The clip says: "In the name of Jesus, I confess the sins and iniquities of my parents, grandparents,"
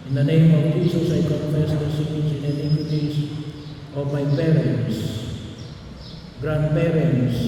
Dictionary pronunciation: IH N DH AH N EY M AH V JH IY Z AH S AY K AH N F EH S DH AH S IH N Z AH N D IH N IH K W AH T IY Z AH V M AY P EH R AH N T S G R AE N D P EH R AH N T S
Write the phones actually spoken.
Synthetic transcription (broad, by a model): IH N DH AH N EY M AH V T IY S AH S AY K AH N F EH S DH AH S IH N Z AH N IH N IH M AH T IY S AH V M AY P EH R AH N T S G R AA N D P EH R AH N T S